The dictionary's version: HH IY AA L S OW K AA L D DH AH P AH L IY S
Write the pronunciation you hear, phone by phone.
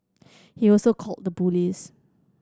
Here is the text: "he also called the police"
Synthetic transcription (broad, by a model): HH IY AA L S OW K AA L D AH B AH L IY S